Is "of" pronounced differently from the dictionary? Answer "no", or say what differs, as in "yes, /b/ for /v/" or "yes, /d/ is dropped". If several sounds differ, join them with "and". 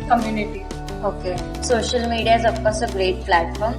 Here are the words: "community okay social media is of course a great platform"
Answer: yes, /p/ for /v/